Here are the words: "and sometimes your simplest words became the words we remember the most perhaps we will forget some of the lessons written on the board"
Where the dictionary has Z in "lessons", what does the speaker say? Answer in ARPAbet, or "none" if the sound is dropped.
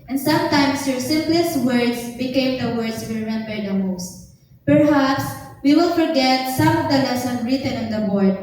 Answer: none